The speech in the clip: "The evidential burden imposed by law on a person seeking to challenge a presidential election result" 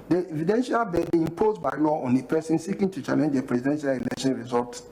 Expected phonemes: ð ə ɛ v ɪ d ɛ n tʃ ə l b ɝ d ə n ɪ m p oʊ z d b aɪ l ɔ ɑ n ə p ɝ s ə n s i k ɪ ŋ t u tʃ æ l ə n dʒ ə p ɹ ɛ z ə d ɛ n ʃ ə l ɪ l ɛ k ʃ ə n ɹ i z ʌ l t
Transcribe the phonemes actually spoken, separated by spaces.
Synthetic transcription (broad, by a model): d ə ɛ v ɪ d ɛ n ʃ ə l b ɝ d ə ɪ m p oʊ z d b aɪ l ɔ ɑ n ə p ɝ s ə n s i k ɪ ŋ t u tʃ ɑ l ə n dʒ ə p ɹ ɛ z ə d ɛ n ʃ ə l ɪ l ɛ k ʃ ə n ɹ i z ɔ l t